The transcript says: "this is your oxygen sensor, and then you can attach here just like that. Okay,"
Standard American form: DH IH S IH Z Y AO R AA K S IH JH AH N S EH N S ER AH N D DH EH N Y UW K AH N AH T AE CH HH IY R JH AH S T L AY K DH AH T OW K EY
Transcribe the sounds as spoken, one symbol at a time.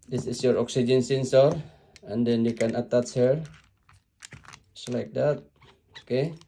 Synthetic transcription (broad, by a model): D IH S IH S Y AO R AA K S IH JH AH N S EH N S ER AH N D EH N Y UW K AH N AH T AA S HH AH R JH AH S L AY K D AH T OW K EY